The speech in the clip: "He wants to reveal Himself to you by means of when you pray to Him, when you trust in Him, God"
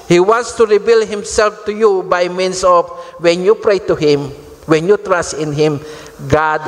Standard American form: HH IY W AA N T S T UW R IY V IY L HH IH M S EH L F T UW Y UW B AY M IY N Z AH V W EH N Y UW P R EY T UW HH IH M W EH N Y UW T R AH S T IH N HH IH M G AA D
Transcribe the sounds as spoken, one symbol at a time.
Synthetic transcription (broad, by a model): HH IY W AA N T S T UW R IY B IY L HH IH M S EH L F T UW Y UW B AY M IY N S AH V W EH N Y UW P R EY T UW HH IH M W EH N Y UW T R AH S T IH N HH IH M G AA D